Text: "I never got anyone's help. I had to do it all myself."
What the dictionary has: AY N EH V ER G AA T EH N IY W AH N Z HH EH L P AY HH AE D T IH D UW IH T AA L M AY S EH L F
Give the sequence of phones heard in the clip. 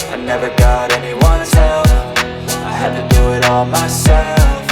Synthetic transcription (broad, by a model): AY N EH V ER G AA T EH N IY W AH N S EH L F AY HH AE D T IH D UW IH T AA L M AY S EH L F